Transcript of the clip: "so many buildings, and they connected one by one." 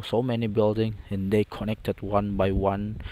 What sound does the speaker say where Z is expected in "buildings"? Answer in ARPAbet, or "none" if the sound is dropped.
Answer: none